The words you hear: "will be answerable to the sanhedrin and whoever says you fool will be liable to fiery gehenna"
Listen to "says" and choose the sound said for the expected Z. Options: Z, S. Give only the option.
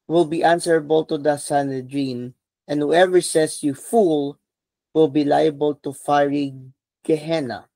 S